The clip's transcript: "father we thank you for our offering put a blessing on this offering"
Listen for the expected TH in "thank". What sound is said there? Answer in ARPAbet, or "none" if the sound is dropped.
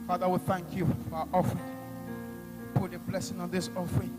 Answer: TH